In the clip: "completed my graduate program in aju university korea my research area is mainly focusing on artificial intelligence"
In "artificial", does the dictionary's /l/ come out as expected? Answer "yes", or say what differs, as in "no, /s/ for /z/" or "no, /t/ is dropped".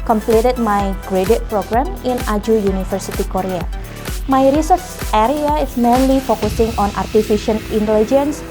no, /n/ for /l/